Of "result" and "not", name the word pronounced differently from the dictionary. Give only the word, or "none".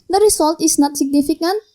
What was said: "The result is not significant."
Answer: result